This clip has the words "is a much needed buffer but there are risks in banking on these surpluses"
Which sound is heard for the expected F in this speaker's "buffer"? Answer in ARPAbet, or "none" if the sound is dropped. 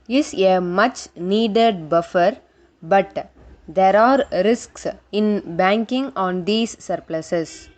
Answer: F